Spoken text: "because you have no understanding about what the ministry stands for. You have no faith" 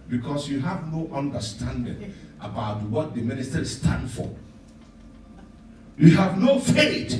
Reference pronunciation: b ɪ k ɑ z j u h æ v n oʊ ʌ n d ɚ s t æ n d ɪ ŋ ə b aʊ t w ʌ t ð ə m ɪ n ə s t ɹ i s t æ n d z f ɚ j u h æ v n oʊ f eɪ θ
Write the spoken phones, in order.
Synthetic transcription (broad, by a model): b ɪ k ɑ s j u h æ v n oʊ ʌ n d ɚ s t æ n d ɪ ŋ ə b aʊ t w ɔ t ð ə m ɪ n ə s t i s t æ n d f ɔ j u h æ v n oʊ f eɪ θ